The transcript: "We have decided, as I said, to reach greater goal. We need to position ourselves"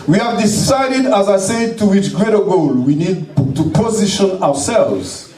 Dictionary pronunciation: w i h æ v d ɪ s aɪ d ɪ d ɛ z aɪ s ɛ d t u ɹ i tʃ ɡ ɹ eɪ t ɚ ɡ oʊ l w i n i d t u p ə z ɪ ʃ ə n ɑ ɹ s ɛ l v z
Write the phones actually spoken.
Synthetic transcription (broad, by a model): w i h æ v d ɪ s aɪ d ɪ d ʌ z aɪ s ɛ d t u w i tʃ ɡ ɹ eɪ t ɚ ɡ oʊ l w i n i d t u p ə z ɪ ʃ ə n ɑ ɹ s ɛ l v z